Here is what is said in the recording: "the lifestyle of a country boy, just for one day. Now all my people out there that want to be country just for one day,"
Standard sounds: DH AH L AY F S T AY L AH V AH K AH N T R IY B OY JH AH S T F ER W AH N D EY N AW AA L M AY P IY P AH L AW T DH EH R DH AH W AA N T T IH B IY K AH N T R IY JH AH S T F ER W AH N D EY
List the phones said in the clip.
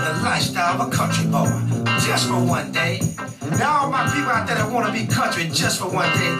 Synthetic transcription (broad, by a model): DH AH L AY S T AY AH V AH K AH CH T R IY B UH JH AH S T F ER W AH N D EY N AW M AY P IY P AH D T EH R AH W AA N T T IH B IY K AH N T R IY JH AH S T F ER W AH N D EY